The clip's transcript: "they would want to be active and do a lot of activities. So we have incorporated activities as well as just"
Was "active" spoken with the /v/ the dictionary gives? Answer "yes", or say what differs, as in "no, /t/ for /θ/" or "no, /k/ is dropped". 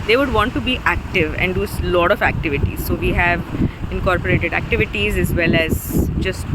yes